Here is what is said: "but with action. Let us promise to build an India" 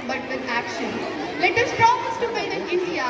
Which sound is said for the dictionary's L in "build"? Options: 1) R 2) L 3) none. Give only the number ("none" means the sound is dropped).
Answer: 3